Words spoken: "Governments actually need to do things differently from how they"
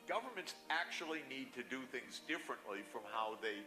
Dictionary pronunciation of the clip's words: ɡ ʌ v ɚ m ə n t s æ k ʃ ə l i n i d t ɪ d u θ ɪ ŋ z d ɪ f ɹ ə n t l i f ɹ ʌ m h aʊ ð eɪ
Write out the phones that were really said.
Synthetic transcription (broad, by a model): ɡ ʌ v ɚ m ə n t s æ k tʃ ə l i n i d t ɪ d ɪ θ ɪ ŋ z d ɪ f ɹ ə n t l i f ɹ ʌ m h aʊ ð eɪ